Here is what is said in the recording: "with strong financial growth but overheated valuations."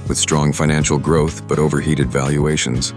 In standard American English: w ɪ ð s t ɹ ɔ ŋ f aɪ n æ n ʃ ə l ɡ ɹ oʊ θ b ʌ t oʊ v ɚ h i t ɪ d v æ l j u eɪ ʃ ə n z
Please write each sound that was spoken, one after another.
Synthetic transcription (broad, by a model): w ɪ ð s t ɹ ɔ ŋ f aɪ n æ n ʃ l ɡ ɹ oʊ θ b ʌ t oʊ v ɚ h i t ɪ d v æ l j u eɪ ʃ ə n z